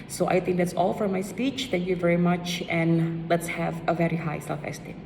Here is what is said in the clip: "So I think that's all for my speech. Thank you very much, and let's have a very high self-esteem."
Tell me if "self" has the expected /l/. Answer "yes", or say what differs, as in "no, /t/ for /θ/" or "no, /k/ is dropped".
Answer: no, /l/ is dropped